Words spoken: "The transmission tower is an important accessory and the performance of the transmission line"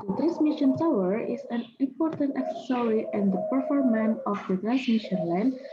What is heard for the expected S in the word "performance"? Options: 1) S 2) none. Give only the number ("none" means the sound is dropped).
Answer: 2